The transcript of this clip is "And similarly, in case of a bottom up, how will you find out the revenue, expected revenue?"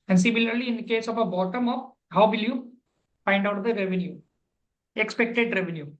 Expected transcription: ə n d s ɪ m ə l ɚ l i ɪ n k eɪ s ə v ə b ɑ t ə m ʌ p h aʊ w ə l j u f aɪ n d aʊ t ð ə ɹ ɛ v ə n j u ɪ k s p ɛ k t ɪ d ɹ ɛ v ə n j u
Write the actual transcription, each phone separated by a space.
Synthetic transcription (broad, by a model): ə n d s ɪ m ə l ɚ l i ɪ n k eɪ s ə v ə b ɑ t ə m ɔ f h aʊ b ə l j u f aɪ n d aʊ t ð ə ɹ ɛ v ə n j u ɪ k s p ɛ k t ɪ d ɹ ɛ v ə n j u